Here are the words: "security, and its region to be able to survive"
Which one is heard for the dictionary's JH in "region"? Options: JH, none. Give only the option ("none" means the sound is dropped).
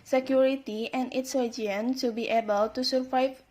none